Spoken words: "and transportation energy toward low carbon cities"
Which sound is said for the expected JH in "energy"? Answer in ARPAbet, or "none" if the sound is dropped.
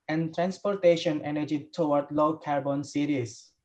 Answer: JH